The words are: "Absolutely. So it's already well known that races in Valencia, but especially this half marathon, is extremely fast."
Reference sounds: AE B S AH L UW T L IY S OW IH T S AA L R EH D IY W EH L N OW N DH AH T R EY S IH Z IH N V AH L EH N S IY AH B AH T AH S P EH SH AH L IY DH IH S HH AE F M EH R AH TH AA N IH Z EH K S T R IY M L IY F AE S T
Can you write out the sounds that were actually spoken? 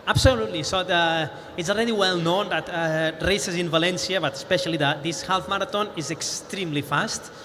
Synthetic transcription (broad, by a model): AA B S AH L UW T L IY S OW IH T S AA L R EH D IY W EH L N OW N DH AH T R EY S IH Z IH N V AH L EH N S IY AH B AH T AH S P EH SH AH L IY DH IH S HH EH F M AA R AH T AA N IH Z EH K S T R IY M L IY F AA S T